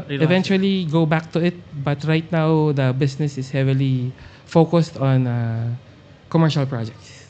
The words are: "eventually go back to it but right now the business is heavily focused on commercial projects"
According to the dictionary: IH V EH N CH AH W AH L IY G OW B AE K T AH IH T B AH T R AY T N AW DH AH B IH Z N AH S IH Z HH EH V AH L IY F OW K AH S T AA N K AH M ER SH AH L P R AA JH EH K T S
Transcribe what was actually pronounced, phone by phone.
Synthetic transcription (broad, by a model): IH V EH N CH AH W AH L IY G OW B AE K T AH IH T B AH T R AY T N AW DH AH B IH S N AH S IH S HH EH V AH L IY F OW K AH S T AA N K AH M ER SH AH L P R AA JH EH K T S